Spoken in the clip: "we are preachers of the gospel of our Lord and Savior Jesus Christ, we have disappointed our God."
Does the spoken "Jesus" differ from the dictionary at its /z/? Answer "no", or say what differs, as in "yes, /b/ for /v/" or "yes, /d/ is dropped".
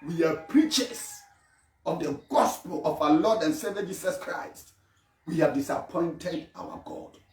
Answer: yes, /s/ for /z/